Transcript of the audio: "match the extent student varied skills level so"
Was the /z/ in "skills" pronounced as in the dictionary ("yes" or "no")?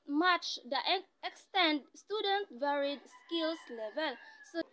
no